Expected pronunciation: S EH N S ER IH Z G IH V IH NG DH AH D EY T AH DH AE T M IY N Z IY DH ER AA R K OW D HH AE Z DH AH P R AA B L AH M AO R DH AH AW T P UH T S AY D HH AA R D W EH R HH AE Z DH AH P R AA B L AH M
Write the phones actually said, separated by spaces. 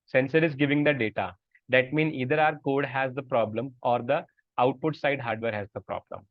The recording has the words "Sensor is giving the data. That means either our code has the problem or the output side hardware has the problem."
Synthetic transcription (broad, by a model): S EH N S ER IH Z G IH V IH NG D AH D EY T AH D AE T M IY N IY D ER AA R K OW D HH AE Z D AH P R AA B L AH M AO R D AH AW T P UH T S AY D HH AA R D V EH R HH AE Z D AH P R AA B L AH M